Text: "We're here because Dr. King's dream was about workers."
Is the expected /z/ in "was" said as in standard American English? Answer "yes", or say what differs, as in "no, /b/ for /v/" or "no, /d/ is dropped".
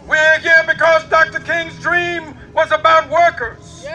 yes